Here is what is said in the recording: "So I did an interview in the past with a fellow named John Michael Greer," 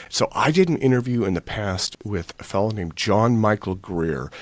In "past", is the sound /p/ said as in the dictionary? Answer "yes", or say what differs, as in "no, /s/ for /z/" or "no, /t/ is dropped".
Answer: yes